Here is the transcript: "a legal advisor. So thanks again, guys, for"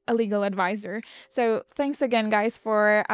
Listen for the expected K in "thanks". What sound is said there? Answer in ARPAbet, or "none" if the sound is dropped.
K